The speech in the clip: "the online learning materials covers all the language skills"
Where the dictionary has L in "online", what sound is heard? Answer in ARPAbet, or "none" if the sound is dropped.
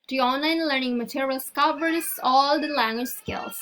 L